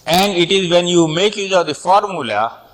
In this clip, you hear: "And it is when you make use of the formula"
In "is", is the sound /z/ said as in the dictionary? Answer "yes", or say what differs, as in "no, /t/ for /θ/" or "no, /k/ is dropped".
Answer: yes